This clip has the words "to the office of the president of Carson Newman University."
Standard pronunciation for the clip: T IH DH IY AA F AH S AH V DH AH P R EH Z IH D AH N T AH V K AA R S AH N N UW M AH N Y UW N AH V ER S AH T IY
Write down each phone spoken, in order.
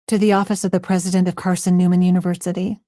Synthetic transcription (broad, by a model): T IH DH IY AA F AH S AH V DH AH P R EH Z IH D AH N T AH V K AA R S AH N N UW M AH N Y UW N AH V ER S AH T IY